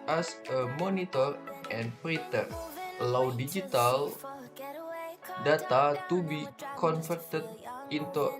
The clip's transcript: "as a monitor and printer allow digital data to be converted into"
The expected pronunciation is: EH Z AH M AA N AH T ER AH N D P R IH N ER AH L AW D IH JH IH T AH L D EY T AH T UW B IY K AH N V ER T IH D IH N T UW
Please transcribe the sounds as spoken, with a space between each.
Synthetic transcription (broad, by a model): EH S AH M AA N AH T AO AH N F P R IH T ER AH L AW D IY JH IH T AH L D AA T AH T UW B IY K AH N F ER T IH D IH N T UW